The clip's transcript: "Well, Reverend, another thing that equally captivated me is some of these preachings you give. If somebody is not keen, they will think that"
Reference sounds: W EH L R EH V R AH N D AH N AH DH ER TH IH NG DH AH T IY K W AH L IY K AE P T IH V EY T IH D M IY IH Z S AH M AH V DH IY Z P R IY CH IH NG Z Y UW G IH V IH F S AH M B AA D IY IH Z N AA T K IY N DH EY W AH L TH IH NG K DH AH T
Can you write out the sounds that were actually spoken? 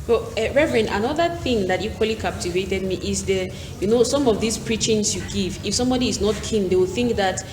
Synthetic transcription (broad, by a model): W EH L R EH V R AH N AH N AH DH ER TH IH NG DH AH T IY K W AH L IY K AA P T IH V EY T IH D M IY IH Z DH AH M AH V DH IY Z P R IY CH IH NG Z Y UW G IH V IH F S AH M B AA D IY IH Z N AA T K IY N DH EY W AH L TH IH NG K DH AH T